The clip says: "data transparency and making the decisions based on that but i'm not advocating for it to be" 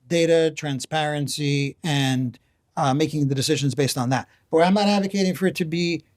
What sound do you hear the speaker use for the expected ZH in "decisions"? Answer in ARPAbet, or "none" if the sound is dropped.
ZH